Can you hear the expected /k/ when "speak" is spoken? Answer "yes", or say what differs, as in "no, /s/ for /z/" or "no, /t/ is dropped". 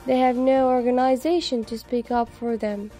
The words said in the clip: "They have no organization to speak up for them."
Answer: yes